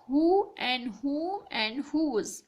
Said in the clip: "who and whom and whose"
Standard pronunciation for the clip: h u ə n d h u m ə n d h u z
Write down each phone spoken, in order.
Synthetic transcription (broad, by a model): h u ə n d h u ə n d h u z